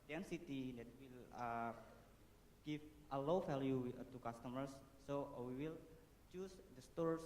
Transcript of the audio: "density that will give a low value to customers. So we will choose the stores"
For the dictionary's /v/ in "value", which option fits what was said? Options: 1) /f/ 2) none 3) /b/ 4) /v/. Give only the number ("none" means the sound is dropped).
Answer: 1